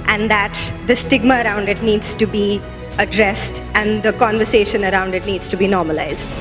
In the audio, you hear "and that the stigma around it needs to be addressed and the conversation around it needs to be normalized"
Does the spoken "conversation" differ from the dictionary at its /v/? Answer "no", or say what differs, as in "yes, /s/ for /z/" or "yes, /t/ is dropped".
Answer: no